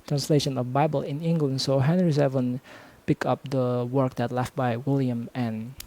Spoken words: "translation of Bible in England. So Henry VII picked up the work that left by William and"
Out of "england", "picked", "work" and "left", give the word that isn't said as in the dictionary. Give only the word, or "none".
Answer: picked